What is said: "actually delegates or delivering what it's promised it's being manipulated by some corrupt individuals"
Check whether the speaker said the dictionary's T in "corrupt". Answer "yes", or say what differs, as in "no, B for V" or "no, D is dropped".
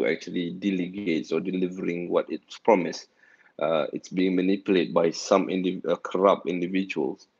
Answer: no, T is dropped